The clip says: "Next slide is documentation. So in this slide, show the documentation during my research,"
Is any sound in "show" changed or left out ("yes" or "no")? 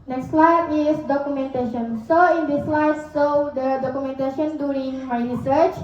yes